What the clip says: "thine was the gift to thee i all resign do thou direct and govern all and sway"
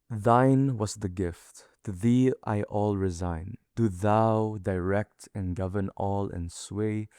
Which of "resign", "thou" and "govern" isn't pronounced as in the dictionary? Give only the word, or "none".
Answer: none